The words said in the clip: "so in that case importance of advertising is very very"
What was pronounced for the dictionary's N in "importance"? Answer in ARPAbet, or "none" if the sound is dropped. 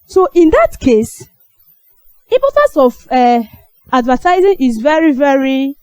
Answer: none